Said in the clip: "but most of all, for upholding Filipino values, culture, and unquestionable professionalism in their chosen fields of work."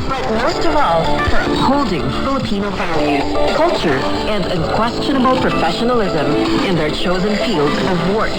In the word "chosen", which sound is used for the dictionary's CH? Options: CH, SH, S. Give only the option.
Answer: CH